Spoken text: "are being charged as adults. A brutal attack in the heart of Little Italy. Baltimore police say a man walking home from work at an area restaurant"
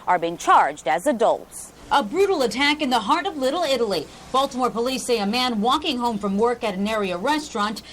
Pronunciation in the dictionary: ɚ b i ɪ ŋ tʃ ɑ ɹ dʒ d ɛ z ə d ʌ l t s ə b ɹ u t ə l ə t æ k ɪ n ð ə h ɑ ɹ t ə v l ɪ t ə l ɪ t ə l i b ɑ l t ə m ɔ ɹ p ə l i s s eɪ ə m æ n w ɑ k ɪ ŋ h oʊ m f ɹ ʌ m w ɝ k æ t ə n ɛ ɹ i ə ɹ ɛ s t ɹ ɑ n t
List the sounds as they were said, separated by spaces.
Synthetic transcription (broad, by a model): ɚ b i ɪ ŋ tʃ ɑ ɹ dʒ d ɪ z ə d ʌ l t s ə b ɹ u t l ə t æ k ɪ n ð ə h ɑ ɹ t ə v l ɪ t l ɪ t l i b ɑ l t ə m ɔ ɹ p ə l i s s eɪ ə m æ n w ɑ k ɪ ŋ h oʊ m f ɹ ʌ m w ɝ k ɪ t ə n ɛ ɹ i ə ɹ ɛ s t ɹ ɑ n t